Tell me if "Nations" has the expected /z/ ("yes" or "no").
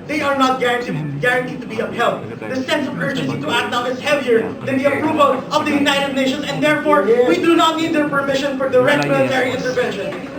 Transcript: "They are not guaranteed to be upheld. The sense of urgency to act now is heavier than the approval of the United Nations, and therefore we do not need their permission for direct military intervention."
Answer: no